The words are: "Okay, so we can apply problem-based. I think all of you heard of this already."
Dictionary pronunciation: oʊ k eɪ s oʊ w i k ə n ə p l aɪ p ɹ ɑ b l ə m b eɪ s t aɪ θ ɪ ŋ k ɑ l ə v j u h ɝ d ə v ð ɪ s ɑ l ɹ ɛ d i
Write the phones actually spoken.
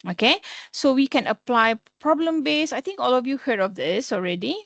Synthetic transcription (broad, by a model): oʊ k eɪ s oʊ w i k ə n ə p l aɪ p ɹ ɑ b l ə m b eɪ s aɪ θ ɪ ŋ k ɑ l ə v j u h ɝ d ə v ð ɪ s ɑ l ɹ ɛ d i